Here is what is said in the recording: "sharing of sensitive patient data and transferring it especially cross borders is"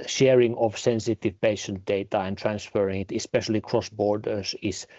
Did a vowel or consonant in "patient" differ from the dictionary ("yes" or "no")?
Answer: no